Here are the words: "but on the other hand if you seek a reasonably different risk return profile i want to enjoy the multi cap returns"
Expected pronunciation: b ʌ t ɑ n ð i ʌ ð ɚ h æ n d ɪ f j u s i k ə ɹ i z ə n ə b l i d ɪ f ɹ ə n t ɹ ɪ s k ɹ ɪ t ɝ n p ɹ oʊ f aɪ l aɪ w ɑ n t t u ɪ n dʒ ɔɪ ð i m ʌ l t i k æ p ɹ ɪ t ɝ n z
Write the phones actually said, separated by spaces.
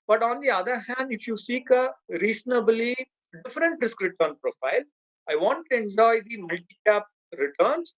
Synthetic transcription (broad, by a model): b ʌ t ɑ n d i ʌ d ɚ h æ n d ɪ f j u s i k ə ɹ i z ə n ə b l i d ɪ f ɹ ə n t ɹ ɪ s k ɹ ɪ t ɝ n p ɹ oʊ f aɪ l aɪ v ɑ n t t u ɪ n dʒ ɔɪ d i m ʌ l t i k æ p ɹ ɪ t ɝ n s